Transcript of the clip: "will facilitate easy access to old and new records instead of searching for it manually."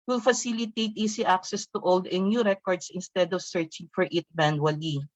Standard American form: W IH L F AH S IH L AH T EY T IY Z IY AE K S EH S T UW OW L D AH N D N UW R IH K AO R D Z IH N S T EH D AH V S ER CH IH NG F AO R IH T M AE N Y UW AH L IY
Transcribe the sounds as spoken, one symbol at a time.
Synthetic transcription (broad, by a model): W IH L F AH S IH L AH T EY T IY S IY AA K S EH S T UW OW L D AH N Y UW R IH K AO R D S IH N S T EH D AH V S ER CH IH NG F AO R IH T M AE N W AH L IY